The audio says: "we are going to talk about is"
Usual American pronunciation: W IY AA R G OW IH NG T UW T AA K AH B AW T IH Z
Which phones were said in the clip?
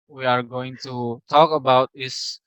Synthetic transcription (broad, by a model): W IY AA R G OW IH NG T UW T AA K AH B AW T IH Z